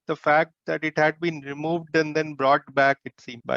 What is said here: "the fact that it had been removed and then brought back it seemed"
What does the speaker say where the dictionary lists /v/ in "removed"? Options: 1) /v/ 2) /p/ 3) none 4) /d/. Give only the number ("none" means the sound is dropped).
1